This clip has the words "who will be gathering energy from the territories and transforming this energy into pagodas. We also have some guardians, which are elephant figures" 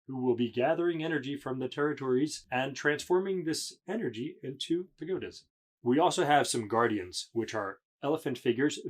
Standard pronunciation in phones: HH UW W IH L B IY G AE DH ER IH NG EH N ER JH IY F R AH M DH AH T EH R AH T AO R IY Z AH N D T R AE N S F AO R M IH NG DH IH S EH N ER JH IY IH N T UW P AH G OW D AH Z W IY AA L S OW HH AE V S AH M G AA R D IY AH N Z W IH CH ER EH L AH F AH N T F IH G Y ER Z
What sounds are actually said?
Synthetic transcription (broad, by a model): HH UW W IH L B IY G AE DH ER IH NG EH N ER JH IY F R AH M DH AH T EH R AH T AO R IY Z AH N T R AE N S F AO R M IH NG DH IH S EH N ER JH IY IH N T UW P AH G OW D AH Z W IY AA L S OW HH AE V S AH M G AA R D IY AH N Z W IH CH ER EH L AH F AH N T F IH G Y ER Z